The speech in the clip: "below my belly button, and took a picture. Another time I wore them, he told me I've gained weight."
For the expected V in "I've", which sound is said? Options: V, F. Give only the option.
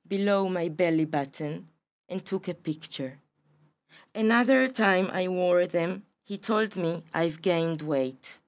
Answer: V